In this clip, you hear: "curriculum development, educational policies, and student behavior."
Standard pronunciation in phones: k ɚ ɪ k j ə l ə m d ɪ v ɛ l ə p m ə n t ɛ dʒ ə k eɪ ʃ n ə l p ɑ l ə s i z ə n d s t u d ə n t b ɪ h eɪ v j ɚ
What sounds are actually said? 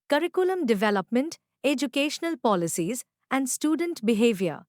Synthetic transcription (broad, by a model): k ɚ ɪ k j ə l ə m d ɪ v ɛ l ə p m ə n t ɛ dʒ ə k eɪ ʃ n ə l p ɑ l ə s i z ə n d s t u d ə n t b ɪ h eɪ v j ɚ